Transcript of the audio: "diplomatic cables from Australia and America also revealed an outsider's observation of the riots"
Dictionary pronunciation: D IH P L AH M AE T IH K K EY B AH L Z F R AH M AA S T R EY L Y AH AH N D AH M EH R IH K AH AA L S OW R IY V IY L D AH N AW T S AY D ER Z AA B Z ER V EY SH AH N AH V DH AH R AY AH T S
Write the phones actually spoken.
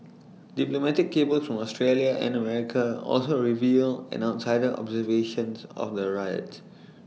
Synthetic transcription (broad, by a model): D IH P L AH M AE T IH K K EY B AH L S F R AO M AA S T R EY L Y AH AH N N AH M EH R IH K AH AA L S OW R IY V IY L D AH N AW T S AY D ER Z AA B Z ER V EY SH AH N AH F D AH R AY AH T